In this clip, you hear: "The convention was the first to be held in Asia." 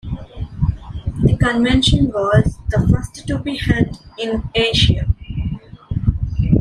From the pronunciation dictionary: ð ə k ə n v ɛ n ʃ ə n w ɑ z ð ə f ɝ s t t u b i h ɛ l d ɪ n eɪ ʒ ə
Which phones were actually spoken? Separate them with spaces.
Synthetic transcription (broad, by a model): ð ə k ə n v ɛ n ʃ ə n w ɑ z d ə f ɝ s t t u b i h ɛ d ɪ n eɪ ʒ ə